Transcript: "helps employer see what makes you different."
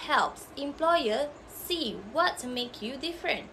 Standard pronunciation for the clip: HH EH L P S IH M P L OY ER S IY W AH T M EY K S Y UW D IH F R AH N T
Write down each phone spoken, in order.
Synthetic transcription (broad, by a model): HH EH L P S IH M P L OY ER S IY W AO T M EY K Y UW D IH F R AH N T